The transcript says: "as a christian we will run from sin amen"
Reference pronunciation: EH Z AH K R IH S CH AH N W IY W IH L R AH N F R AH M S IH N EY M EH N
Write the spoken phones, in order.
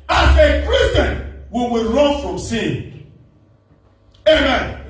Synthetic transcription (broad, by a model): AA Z AH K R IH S AH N W IY W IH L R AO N F R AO M S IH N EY M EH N